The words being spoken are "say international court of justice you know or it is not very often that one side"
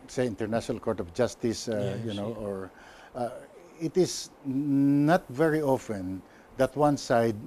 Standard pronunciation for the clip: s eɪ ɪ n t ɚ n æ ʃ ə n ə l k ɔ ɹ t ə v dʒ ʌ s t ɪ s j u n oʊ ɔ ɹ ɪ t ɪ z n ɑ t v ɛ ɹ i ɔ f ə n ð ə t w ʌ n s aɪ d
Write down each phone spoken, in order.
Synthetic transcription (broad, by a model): s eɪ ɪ n t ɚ n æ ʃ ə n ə l k ɔ ɹ t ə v dʒ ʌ s t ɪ s j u n oʊ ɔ ɹ ɪ t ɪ s n ɑ t v ɛ ɹ i ɔ f ə n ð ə t w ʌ n s aɪ d